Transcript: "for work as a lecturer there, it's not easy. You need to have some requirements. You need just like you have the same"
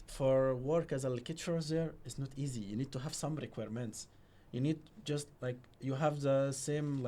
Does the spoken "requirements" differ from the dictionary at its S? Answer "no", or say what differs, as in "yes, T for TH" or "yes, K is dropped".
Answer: no